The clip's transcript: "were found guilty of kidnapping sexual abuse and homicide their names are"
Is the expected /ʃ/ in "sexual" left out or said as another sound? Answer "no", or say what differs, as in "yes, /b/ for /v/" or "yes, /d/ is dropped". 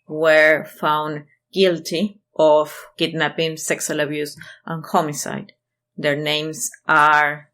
yes, /s/ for /ʃ/